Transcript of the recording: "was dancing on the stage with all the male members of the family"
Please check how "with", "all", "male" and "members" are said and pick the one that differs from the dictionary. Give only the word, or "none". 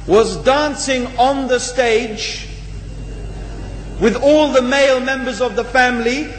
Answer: none